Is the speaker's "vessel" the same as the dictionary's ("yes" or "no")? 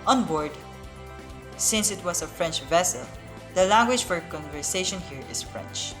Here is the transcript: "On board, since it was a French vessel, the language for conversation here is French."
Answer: yes